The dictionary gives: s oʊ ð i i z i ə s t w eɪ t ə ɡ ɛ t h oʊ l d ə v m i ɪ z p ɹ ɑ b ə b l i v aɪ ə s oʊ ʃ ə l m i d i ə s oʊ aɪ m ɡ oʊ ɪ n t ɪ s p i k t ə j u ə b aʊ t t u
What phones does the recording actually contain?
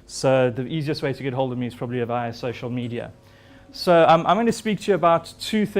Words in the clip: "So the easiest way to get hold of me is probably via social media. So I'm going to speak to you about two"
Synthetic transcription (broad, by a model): s oʊ ð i i z i ə s t w eɪ t ə ɡ ɛ t h oʊ l d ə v m i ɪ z p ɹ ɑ b ə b l i v aɪ ə s oʊ ʃ ə l m i d i ə s oʊ aɪ m ɡ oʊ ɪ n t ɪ s p i k t ə j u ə b aʊ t t u